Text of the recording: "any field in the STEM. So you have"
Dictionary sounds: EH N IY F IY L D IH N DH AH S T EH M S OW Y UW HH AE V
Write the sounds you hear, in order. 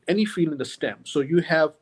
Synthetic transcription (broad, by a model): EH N IY F IY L IH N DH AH S T EH M S OW Y UW HH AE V